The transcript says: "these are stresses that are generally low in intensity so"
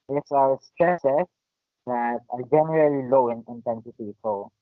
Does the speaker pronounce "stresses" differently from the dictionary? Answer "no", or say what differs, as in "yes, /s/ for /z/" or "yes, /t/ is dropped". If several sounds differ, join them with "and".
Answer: yes, /ɹ/ is dropped